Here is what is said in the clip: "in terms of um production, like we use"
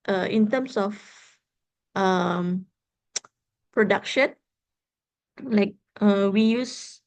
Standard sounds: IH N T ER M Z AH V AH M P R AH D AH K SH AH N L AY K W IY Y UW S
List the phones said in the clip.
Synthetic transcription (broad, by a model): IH N T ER M S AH F AH M P R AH D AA K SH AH N L AY K W IY Y UW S